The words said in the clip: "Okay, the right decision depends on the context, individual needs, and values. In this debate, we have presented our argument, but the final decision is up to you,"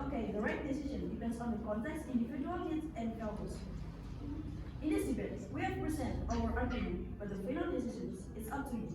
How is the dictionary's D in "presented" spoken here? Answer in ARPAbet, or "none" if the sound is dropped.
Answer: none